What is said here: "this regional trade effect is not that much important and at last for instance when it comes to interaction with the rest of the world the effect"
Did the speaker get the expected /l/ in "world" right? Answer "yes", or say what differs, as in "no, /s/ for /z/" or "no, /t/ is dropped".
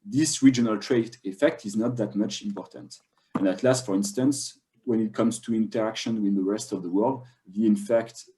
yes